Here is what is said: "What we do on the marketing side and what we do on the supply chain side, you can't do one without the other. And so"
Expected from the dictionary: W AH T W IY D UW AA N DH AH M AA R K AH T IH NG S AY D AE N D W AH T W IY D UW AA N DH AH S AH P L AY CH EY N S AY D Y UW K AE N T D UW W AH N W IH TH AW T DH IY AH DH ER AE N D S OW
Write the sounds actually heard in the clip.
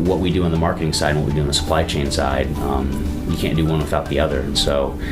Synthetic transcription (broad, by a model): W AH T W IY D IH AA N DH AH M AA R K AH T IH NG S AY D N W AH T W IY D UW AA N DH AH S AH P L AY CH EY N S AY D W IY K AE N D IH W AH N W IH TH AW T DH IY AH DH ER N S OW